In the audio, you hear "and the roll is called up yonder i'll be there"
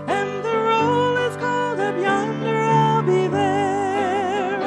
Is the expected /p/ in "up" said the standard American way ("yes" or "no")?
no